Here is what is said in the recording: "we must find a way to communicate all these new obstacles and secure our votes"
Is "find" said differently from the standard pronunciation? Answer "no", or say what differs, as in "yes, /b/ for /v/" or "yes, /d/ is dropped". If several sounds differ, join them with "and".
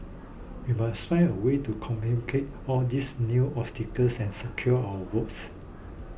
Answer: yes, /d/ is dropped